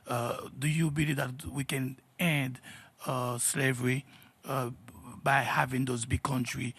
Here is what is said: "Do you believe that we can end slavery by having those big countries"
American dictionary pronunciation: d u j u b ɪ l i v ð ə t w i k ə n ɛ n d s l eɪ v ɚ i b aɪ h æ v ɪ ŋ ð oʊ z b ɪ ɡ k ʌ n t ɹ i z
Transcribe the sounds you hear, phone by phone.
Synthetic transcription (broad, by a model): d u j u b ɪ l i v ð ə t w i k ə n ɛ n d s l eɪ v ɚ i b aɪ h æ v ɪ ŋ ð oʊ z b ɪ ɡ k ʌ n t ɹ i